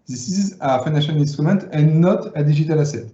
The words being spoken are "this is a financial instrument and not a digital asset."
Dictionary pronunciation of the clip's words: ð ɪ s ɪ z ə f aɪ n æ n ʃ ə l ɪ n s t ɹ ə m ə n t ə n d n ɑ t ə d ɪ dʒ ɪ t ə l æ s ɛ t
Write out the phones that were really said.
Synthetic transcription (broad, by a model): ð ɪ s ɪ z ə f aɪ n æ ʃ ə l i n s t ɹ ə m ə n t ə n n ɑ t ə d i ʒ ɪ t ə l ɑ s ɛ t